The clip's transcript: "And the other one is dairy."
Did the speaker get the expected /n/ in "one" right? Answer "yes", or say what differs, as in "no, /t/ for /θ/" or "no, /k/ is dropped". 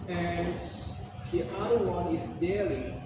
yes